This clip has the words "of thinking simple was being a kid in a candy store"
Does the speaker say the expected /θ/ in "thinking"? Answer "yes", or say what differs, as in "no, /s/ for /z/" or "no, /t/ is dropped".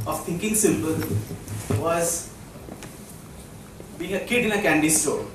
no, /t/ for /θ/